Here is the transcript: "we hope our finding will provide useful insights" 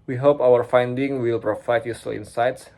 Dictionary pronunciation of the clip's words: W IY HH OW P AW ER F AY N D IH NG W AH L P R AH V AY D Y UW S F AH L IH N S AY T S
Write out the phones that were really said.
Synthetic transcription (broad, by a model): W IY HH OW P AW ER F AY N D IH NG W AH L P R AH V AY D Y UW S AH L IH N S AY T S